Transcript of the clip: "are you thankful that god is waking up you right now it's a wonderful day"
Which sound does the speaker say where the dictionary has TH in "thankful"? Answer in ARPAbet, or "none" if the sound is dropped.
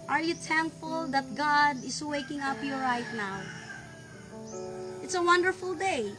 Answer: T